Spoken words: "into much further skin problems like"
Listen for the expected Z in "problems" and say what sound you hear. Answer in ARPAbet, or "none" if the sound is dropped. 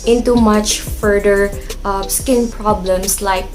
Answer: S